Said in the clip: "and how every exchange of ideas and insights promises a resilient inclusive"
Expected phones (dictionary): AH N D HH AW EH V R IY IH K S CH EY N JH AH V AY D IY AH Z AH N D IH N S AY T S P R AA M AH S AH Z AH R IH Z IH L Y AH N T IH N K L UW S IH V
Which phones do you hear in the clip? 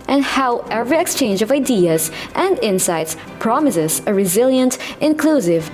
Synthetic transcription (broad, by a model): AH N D HH AW EH V R IY IH K S CH EY N JH AH V AY D IY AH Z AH N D IH N S AY T S P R AA M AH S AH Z AH R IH Z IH L Y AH N T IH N K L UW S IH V